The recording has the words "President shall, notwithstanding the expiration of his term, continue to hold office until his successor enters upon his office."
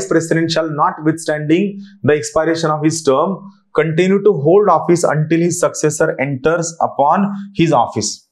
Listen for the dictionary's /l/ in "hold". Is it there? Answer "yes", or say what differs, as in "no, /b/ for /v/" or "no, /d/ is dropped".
yes